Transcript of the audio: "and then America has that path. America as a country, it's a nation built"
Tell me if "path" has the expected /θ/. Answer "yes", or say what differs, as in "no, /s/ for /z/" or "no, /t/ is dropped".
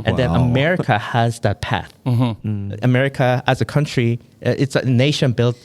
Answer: yes